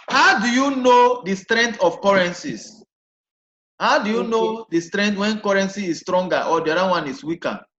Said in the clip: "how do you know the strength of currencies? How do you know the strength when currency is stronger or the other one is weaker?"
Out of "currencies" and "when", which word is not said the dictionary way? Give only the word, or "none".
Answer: currencies